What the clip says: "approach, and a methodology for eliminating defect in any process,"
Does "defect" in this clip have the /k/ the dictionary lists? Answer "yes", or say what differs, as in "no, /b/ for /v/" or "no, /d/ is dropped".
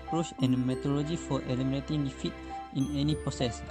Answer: no, /k/ is dropped